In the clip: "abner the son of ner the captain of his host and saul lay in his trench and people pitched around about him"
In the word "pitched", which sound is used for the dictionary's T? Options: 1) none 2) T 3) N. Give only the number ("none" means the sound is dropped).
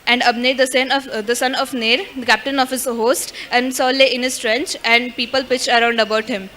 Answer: 1